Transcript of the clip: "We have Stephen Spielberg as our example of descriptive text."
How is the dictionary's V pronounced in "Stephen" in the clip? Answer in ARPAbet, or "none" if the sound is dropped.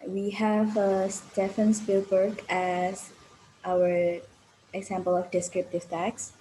F